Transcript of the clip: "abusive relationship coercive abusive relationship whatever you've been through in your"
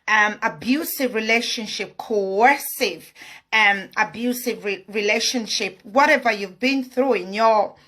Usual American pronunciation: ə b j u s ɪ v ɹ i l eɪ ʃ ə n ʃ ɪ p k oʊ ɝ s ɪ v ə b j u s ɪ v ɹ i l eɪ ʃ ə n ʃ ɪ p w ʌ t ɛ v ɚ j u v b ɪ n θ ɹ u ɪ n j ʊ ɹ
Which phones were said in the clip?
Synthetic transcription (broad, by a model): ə b j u s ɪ v ɹ i l eɪ ʃ ə n ʃ ɪ p k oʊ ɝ s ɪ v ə b j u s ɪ v ɹ i l eɪ ʃ ə n ʃ ɪ p w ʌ t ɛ v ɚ j u v b ɪ n θ ɹ u ɪ n j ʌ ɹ